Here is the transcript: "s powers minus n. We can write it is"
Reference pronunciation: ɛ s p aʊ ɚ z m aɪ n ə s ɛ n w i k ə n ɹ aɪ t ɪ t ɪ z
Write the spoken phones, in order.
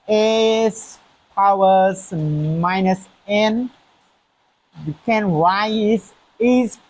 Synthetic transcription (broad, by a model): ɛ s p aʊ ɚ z m aɪ n ə s ɛ n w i k ə n w aɪ ɪ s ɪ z